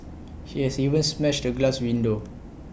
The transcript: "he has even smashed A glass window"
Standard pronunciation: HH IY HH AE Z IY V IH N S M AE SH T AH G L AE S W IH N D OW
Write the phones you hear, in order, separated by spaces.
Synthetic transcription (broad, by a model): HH IY HH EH S IY V IH N S M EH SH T AH G L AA S W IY N D OW